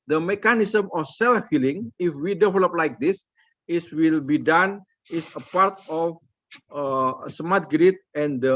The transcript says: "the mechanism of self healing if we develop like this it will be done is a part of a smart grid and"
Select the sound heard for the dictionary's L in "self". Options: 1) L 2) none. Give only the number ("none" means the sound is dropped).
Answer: 1